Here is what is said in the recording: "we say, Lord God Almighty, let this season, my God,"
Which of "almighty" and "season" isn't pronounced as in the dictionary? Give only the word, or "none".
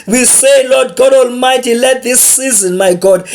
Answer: none